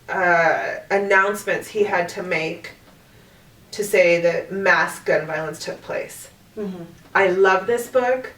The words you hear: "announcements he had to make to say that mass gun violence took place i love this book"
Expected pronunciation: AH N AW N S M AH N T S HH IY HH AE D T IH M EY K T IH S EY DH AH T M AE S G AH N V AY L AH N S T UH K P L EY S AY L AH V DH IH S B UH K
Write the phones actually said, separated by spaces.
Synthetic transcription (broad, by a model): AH N AW N S M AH N T S HH IY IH D T IH M EY K T IH S EY DH AH T M AE S G AH N V AY L AH N S T UH K P L EY S AY L AH V DH IH S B UH K